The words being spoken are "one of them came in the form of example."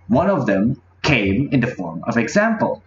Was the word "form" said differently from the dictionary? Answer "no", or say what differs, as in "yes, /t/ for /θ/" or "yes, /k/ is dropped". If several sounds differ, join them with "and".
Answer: no